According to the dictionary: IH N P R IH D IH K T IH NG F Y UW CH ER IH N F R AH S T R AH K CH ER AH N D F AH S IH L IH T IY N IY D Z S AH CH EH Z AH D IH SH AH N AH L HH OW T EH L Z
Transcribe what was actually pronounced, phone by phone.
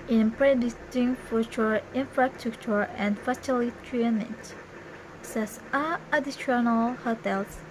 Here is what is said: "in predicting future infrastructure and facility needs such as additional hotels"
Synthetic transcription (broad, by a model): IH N P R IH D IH T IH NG F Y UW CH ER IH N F R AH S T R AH K CH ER AH N D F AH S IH L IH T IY N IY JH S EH S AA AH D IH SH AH N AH L HH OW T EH L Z